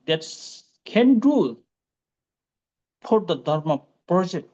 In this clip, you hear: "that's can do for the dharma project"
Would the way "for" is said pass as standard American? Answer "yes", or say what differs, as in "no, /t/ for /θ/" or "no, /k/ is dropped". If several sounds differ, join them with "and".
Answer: no, /p/ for /f/